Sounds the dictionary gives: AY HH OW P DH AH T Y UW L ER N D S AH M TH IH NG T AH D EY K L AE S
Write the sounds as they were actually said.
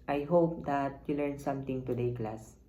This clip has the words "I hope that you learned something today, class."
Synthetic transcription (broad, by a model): AY HH OW P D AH T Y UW L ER N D S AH M T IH NG T AH D EY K L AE S